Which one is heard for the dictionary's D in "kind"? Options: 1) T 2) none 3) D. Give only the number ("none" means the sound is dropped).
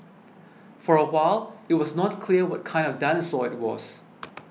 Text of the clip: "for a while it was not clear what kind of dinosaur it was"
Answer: 3